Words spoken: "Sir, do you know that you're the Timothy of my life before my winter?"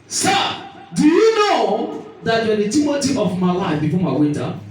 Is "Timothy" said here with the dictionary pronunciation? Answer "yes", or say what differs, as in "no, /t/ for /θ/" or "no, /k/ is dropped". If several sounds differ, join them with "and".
no, /t/ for /θ/